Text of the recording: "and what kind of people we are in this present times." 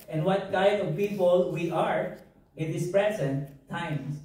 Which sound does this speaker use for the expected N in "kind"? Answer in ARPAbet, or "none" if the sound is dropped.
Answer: none